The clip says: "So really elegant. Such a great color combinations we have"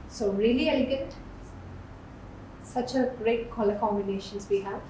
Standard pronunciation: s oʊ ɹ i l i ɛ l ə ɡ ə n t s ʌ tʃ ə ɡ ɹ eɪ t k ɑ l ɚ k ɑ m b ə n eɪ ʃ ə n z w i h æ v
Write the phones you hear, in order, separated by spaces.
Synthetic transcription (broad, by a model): s oʊ ɹ i l i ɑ ə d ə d s ʌ tʃ ə ɡ ɹ eɪ t k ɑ l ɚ k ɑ m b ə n eɪ ʃ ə n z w i h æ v